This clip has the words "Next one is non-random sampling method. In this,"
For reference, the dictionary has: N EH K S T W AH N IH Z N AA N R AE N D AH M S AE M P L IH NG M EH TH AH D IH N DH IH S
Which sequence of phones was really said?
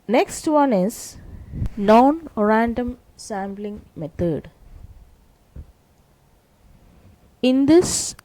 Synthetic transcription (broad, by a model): N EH K S T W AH N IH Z N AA N R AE N D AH M S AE M B L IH NG M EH T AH D IH N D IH S